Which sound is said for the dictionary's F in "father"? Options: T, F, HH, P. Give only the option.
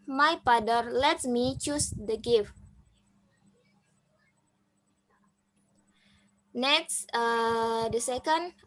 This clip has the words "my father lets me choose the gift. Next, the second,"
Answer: P